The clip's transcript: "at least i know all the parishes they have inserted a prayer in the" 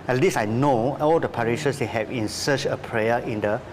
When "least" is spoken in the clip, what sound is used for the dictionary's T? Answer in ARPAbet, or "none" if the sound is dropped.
none